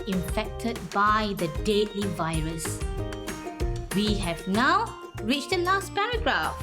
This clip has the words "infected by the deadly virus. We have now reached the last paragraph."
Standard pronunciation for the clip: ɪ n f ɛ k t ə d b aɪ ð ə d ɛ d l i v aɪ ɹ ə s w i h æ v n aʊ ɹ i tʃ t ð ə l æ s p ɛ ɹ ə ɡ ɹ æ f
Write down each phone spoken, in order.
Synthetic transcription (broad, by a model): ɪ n f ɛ k t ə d b aɪ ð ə d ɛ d l i v aɪ ɹ ə s w i h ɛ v n aʊ ɹ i tʃ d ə l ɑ s p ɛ ɹ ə ɡ ɹ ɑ f